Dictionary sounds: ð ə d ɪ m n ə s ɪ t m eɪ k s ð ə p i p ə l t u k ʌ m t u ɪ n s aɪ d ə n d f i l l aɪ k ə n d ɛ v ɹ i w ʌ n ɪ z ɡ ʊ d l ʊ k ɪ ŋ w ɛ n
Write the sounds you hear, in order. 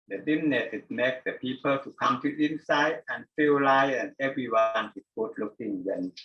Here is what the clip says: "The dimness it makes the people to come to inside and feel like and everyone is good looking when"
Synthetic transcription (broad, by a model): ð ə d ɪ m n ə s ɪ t m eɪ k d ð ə p i p ə l t u k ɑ m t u ɪ n s aɪ d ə n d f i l l aɪ ə n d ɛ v ɹ i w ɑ n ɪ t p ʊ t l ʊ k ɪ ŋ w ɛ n